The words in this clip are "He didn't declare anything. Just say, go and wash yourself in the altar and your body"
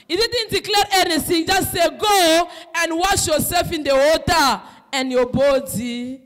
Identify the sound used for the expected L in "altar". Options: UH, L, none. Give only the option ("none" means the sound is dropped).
none